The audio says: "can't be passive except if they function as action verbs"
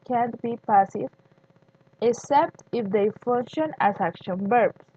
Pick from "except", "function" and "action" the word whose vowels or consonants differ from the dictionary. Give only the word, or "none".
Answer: none